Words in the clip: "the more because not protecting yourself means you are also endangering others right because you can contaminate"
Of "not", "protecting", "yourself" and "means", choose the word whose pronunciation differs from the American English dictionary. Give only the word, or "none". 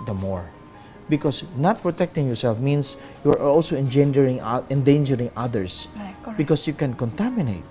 means